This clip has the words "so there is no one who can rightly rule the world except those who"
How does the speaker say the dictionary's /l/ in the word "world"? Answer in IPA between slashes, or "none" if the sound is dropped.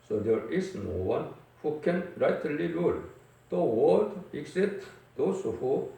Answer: none